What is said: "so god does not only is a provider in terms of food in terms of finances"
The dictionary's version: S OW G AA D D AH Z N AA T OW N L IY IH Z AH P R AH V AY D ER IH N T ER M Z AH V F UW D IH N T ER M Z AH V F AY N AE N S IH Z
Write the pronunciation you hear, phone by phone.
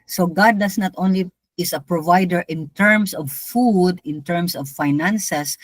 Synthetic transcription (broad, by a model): S OW G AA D D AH S N AA T OW N L IY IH S AH P R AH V AY D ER IH N T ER M S AH V F UW D IH N T ER M S AH V F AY N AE N S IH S